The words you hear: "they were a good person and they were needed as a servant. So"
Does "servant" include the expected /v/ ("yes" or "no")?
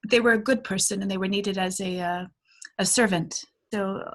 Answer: yes